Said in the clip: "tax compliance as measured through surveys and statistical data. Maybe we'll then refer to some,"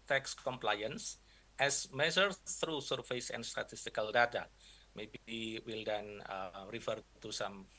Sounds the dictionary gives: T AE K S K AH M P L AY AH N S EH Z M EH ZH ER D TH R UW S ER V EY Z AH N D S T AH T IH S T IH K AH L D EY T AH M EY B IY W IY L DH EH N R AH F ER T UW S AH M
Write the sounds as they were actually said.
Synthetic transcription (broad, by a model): T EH K S K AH M P L AY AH N S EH S M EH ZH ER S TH R UW S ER F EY S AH N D S T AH T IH S T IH K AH L D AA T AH M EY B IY W IY L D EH N R AH F ER T UW S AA M